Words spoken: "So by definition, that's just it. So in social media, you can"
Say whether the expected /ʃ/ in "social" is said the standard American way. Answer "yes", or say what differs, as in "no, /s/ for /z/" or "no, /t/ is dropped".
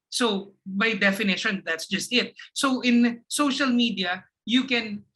yes